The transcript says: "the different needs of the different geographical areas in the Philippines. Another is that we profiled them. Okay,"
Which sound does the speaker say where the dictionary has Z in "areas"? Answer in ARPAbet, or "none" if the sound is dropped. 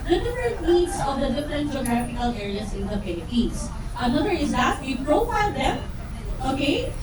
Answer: S